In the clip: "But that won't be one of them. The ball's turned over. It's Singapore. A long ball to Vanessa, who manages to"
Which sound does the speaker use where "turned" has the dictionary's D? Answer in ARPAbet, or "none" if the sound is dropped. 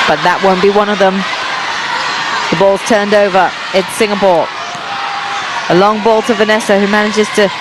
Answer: D